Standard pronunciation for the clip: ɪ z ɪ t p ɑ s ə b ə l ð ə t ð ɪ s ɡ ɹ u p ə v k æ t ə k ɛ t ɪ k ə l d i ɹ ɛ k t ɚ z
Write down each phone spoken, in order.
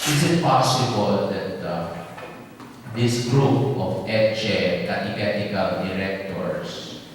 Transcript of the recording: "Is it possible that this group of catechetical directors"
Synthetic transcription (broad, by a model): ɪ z ɪ t p ɑ s ə b ə l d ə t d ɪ s ɡ ɹ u p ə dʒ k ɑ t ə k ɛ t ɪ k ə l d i ɹ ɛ k t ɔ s